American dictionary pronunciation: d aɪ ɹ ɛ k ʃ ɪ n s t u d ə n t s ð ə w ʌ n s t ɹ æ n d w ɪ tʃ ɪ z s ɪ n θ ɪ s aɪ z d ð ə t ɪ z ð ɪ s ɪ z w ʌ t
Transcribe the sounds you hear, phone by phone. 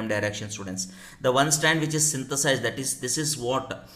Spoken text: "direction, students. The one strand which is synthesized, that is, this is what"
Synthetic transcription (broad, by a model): d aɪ ɹ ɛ k ʃ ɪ n s t u d ə n t s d ə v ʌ n s t æ n d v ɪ tʃ ɪ z s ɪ n t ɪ s aɪ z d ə t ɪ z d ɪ s ɪ z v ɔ t